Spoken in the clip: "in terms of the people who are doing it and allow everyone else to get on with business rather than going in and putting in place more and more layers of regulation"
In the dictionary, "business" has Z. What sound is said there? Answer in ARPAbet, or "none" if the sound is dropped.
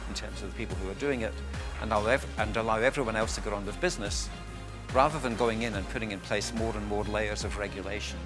Z